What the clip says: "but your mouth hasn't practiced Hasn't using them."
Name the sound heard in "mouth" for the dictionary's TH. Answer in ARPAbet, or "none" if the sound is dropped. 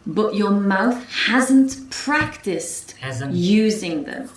TH